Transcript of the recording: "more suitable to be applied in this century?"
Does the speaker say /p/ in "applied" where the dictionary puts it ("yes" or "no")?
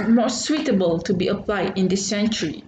yes